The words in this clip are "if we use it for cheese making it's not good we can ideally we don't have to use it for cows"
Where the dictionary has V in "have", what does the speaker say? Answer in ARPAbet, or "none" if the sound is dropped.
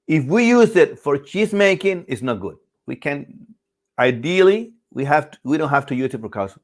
F